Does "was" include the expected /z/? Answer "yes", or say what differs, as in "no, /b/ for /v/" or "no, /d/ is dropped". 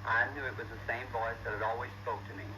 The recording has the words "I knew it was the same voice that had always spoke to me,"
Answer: yes